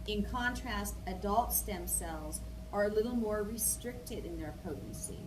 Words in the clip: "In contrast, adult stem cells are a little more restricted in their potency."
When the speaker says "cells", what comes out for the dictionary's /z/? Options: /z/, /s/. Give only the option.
/z/